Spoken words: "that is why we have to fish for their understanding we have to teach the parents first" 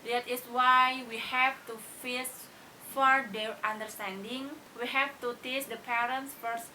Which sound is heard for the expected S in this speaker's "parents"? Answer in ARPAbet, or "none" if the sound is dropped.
S